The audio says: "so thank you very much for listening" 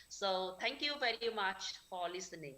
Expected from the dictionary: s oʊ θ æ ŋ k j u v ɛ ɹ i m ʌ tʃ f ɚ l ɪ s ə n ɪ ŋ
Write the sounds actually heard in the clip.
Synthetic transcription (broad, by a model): s oʊ t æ ŋ k j u v ɛ ɹ i m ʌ tʃ f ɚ l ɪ s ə n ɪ ŋ